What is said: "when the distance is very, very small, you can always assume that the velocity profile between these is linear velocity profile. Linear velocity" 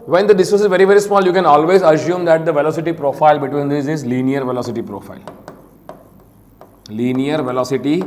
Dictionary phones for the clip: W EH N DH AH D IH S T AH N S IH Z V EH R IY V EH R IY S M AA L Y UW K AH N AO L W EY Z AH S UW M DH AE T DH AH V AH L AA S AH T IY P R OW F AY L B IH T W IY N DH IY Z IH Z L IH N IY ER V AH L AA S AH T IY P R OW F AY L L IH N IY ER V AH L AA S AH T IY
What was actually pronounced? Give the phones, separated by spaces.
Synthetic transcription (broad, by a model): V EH N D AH D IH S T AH S IH Z V EH R IY V EH R IY S M AA L Y UW K AH N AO L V EY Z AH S UW M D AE T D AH V AH L AA S AH T IY P R OW F AY L B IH T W IY N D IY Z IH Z L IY N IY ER V AH L AA S AH T IY P R OW F AY L L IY N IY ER V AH L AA S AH T IY